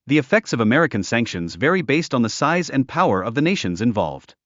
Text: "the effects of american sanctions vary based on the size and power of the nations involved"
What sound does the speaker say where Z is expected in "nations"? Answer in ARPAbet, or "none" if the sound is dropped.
Z